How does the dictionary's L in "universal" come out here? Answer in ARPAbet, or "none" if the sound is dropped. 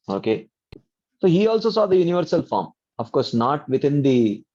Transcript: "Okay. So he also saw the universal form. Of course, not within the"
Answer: L